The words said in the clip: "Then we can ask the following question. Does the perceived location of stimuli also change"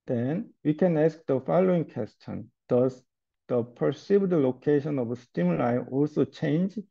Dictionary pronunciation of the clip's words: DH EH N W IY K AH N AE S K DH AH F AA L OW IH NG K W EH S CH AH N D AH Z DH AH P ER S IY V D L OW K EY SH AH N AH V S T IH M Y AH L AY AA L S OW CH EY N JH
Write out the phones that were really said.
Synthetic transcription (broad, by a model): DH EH N W IY K AH N AE S K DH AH F AA L OW IH NG K W EH S CH AH N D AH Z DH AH P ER S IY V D L OW K EY SH AH N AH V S T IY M L AY AA L S OW CH EY N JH